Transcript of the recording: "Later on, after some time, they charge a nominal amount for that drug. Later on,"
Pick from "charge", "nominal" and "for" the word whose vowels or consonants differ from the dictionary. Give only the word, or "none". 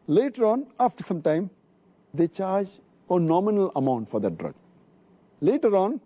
none